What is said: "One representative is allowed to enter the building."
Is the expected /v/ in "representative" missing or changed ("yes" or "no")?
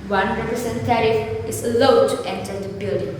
yes